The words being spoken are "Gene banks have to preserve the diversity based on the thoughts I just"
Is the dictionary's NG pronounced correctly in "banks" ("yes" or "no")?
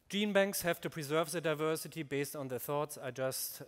yes